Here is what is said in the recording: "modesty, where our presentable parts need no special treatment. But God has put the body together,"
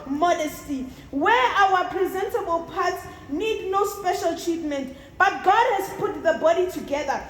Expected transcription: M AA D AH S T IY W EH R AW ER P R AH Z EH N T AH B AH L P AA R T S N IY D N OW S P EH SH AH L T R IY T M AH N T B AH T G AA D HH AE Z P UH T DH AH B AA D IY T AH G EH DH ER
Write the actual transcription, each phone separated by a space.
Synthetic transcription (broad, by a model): M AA D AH S T IY W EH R AW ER P R AH Z EH N T AH B AH L P AA T S N IY D N OW S P EH SH AH L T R IY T M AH N T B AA T G AA D HH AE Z P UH T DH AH B AA D IY T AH G EH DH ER